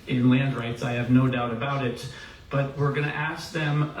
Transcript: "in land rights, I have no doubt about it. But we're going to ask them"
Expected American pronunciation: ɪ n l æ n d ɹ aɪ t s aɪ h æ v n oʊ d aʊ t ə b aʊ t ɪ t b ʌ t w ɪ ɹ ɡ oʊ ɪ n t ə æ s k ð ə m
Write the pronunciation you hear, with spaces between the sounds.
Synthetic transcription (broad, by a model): ɪ n l æ n d ɹ aɪ t s aɪ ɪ v n oʊ d aʊ t ə b aʊ t ɪ t b ʌ t w ɪ ɹ ɡ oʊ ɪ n t æ s k ð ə m